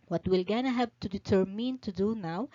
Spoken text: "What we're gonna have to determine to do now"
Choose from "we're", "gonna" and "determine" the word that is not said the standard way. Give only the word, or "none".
we're